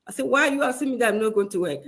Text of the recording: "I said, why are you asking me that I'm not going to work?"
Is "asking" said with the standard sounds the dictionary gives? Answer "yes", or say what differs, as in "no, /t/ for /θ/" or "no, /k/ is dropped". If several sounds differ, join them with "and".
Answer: no, /k/ is dropped